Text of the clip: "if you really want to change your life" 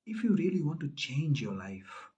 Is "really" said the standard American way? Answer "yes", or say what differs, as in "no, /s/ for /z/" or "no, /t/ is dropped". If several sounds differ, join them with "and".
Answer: yes